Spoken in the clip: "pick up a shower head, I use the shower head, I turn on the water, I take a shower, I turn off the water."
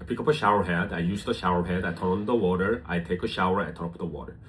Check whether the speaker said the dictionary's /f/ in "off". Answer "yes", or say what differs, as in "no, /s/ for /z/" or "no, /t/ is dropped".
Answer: no, /p/ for /f/